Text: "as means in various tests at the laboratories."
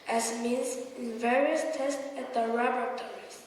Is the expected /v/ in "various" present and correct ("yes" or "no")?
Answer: yes